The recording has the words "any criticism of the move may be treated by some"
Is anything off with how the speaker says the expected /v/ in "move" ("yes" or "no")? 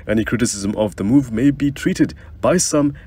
no